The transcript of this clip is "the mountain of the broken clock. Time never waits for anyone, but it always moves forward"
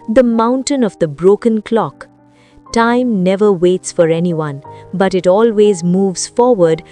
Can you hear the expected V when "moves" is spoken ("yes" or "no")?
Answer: yes